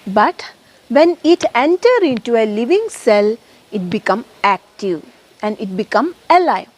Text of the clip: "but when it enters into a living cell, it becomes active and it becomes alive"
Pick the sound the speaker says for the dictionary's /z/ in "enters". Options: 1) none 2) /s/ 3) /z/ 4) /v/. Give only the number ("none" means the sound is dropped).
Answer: 1